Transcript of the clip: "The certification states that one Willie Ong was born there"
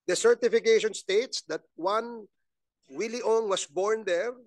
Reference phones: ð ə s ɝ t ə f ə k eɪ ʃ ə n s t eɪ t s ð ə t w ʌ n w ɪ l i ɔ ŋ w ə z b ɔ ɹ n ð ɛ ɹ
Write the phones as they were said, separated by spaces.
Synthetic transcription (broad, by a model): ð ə s ɝ t ə f ə k eɪ ʃ ə n s t eɪ t s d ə t w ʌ n w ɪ l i ɔ ŋ w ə s b ɔ ɹ n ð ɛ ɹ